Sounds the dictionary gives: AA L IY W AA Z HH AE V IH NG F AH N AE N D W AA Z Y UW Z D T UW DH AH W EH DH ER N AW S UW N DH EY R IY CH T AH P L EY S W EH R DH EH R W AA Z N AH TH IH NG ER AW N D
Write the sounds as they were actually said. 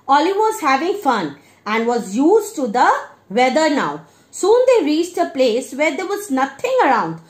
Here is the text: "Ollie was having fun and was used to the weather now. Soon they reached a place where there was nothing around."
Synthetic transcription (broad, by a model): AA L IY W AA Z HH AE V IH NG F AH N AE N D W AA Z Y UW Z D T UW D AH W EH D ER N AW S UW N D EY R IY CH T AH P L EY S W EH R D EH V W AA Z N AH T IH NG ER AW N D